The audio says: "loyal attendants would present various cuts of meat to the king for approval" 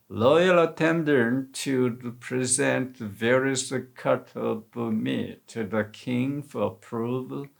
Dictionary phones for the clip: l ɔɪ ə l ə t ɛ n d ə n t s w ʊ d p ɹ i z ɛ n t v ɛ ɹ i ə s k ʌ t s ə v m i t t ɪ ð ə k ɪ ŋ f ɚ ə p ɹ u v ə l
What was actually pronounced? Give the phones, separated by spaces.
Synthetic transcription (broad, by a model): l ɔɪ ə l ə t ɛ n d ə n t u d p ɹ i z ɛ n t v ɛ ɹ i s k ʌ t ə b m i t t ɪ ð ə k ɪ ŋ f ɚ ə p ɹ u v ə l